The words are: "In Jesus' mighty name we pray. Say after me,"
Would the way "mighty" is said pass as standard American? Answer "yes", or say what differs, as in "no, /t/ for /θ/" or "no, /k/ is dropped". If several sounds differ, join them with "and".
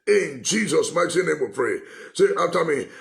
no, /s/ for /t/